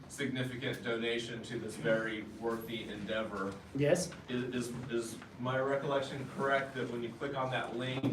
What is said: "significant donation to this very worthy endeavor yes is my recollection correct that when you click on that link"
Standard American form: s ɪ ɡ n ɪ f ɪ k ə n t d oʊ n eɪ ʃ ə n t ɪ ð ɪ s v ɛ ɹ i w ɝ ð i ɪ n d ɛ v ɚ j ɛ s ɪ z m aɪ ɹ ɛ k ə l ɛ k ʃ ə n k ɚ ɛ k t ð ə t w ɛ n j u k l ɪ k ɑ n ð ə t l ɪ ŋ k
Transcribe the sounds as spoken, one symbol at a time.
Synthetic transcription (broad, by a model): s ɪ ɡ n ɪ f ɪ k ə n d oʊ n eɪ ʃ ə n t ɪ ð ɪ s v ɛ ɹ i w ɝ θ i ɪ n d ɛ v ɚ j ɛ s ɪ z m aɪ ɹ ɛ k ə l ɛ k ʃ ə n k ɚ ɛ k t ð ə t w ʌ n j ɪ k l ɪ k n ð ə t l ɪ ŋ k